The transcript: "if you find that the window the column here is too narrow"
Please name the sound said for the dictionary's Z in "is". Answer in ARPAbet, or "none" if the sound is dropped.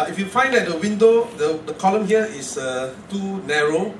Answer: S